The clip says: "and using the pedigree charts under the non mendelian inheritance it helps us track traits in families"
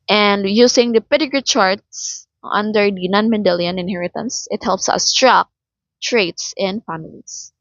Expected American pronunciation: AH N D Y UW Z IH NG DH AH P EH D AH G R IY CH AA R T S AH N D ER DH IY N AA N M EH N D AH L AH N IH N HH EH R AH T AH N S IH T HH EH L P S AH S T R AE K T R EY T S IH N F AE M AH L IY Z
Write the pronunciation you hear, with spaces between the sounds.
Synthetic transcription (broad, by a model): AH N D Y UW S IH NG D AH P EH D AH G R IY CH AA R T S AH N D ER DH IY N AA N M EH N D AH L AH N IH N HH EH R AH T AH N S IH T HH EH L P S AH S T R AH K T R EY T S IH N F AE M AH L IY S